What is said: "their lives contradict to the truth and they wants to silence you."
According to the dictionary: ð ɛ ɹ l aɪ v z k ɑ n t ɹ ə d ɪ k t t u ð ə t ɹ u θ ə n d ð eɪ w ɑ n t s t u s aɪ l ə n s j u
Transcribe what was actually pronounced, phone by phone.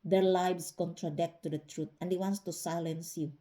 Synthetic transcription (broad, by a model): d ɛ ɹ l aɪ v s k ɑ n t ɹ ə d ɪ k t t u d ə t ɹ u t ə n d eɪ w ɑ n t s t u s aɪ l ə n s j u